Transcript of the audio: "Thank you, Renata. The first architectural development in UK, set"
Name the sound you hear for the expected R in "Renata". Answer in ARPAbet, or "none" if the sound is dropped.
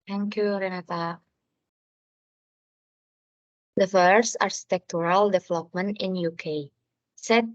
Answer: R